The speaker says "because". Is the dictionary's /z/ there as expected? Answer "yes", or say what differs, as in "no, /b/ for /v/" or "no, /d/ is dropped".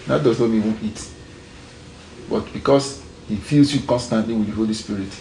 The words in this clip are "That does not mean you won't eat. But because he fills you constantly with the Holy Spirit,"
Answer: no, /s/ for /z/